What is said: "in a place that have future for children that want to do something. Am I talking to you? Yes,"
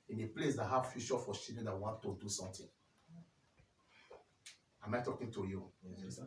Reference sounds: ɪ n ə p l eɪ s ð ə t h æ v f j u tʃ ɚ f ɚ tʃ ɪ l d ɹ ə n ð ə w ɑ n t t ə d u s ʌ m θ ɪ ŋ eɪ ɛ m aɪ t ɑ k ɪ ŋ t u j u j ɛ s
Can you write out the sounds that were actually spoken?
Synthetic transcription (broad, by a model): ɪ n ə p l eɪ s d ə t h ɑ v f j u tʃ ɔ f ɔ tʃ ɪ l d ə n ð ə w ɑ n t t ə d u s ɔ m t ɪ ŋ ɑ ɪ m aɪ t ɑ k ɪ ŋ t u j u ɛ